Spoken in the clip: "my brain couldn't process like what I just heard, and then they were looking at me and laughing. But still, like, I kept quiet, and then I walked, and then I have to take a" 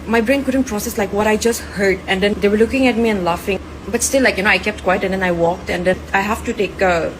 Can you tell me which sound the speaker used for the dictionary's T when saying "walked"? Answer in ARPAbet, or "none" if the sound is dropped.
T